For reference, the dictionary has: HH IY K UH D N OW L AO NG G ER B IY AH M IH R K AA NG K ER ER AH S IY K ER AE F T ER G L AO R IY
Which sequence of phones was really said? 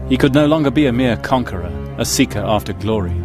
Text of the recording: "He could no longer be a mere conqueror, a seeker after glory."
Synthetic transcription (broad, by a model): HH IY K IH D N OW L AO NG G ER B IY AH M IH R K AA NG K ER ER AH S IY K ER AE F T ER G L AO R IY